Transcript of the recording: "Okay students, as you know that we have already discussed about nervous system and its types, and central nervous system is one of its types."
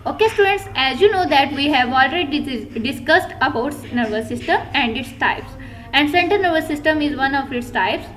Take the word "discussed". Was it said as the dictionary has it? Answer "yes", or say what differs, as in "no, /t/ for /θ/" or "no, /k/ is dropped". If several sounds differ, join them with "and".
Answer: yes